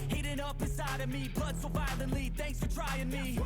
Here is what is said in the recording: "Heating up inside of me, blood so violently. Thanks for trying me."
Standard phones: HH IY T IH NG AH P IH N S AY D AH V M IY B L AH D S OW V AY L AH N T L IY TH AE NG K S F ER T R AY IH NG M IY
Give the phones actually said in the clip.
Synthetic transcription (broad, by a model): HH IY T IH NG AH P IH S AY D AH V M IY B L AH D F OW V AY L AH N T L IY TH AE NG K S F ER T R AY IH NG M IY